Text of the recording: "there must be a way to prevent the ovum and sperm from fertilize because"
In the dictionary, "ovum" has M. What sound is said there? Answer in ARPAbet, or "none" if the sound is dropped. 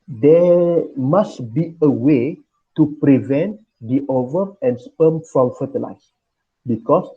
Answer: none